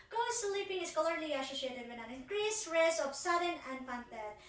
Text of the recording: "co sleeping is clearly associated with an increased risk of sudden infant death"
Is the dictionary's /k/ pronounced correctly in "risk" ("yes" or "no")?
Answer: no